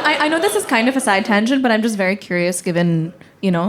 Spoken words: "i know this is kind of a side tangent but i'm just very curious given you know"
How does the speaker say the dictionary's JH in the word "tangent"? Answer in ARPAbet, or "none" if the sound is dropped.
SH